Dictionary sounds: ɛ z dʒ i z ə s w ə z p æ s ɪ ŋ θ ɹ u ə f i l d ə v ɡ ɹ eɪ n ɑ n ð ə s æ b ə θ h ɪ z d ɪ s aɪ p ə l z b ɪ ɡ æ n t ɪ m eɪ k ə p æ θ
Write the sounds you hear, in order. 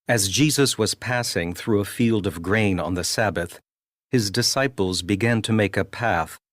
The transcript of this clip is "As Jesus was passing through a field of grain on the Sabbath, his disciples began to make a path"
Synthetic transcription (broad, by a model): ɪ z dʒ i z ə s w ə z p æ s ɪ ŋ θ ɹ u ə f i l d ə v ɡ ɹ eɪ n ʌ n ð ə s æ b ə θ h ɪ z d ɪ s aɪ p l z b ɪ ɡ æ n t ɪ m eɪ k ə p æ θ